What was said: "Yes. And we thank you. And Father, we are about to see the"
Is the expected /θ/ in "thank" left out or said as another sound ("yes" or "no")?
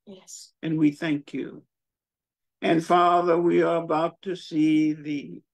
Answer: no